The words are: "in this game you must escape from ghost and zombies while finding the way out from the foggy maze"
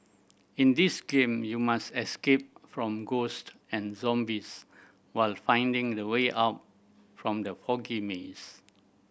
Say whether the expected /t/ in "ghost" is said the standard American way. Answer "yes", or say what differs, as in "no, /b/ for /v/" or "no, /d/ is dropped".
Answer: yes